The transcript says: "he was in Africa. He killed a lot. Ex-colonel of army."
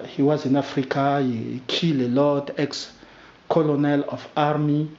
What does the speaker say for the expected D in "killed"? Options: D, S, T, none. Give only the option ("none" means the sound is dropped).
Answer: none